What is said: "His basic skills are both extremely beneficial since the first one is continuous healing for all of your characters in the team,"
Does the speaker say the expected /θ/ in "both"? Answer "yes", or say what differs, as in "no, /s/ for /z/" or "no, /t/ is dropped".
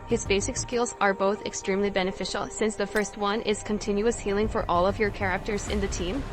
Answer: yes